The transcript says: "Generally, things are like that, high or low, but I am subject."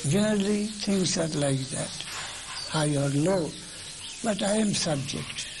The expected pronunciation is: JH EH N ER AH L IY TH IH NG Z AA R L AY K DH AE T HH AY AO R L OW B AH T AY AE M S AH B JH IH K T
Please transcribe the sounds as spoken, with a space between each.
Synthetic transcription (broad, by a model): JH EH N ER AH L IY T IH NG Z AA R L AY K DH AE T HH AY AO R L OW B AH T AY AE M S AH B JH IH K T